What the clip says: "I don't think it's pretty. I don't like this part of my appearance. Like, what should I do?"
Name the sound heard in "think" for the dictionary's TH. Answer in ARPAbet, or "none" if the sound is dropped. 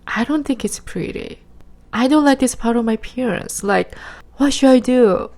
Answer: TH